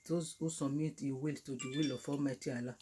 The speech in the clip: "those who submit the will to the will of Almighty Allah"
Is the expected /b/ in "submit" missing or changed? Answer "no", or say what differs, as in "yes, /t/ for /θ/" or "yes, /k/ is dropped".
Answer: yes, /b/ is dropped